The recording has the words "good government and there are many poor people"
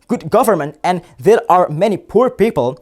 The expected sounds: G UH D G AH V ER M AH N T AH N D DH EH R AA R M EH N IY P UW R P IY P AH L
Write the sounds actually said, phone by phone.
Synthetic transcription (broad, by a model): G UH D G AH V ER M AH N T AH N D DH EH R AA R M EH N IY P UW R P IY P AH L